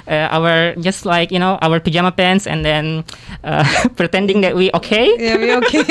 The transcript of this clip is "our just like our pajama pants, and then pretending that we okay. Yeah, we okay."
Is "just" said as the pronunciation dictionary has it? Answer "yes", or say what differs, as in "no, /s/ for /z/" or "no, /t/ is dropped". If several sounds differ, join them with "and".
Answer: yes